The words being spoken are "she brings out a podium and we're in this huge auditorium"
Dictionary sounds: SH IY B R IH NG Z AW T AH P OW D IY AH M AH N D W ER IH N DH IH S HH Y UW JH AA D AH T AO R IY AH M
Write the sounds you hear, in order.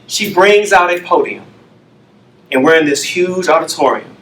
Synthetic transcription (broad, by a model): SH IY B R IH NG Z AW T AH P OW D IY AH M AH N W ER IH N DH IH S HH Y UW JH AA D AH T AO R IY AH M